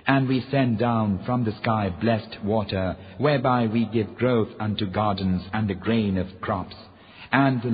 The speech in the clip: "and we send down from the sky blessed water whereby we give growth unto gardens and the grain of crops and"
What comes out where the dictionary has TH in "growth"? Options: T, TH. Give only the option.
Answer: TH